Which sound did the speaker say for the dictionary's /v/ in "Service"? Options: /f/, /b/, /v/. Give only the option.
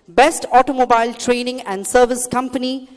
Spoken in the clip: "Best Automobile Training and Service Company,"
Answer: /v/